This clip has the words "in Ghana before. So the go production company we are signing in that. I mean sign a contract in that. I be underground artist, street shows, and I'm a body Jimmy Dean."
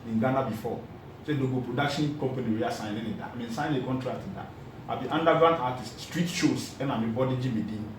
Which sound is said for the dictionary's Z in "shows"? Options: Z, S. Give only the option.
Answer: S